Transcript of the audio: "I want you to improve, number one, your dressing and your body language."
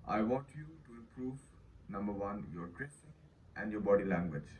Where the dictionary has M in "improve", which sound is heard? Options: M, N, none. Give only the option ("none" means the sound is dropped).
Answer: none